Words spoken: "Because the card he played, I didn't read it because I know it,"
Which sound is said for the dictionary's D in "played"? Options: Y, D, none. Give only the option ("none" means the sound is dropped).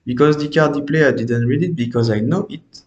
none